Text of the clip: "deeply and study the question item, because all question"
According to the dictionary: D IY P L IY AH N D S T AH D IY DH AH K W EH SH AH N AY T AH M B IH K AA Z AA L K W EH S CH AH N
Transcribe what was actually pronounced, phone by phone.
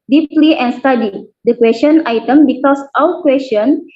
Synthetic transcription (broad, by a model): D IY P L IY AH N S T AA D IY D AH K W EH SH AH N AY T AH M B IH K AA S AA W K W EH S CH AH N